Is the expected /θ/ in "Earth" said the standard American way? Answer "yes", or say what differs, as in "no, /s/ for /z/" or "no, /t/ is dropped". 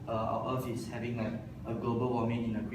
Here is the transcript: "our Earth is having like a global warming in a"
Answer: no, /f/ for /θ/